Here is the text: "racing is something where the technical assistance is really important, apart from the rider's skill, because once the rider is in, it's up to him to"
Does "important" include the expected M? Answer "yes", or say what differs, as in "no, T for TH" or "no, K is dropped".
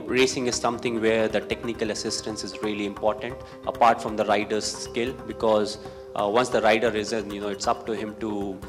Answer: yes